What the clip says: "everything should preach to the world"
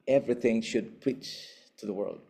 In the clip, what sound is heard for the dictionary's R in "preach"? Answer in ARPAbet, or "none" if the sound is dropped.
none